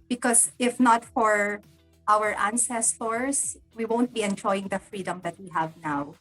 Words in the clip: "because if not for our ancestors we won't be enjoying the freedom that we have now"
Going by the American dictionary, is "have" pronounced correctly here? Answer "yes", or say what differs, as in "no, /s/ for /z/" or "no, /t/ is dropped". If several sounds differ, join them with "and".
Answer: yes